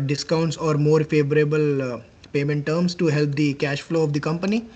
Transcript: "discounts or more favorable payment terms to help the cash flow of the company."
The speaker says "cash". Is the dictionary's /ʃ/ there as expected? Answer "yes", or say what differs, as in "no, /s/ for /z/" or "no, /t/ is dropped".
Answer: yes